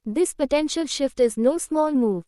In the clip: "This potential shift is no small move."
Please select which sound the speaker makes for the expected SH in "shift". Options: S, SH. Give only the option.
SH